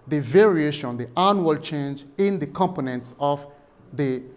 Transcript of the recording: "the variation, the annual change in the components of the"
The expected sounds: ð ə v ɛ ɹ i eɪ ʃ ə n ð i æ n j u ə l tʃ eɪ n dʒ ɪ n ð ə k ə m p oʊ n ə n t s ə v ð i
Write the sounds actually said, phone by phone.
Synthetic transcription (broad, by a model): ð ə v ɛ ɹ i eɪ ʃ ə n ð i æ n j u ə l tʃ eɪ n dʒ ɪ n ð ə k ə m p oʊ n ə n t s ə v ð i